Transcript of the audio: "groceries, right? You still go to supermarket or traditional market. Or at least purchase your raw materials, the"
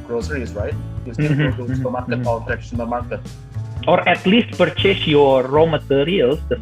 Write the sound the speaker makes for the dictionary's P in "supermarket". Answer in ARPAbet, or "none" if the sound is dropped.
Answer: none